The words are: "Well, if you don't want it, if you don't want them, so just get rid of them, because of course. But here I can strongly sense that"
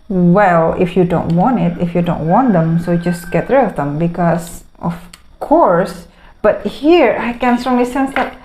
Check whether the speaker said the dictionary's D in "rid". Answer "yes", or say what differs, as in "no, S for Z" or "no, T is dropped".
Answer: no, D is dropped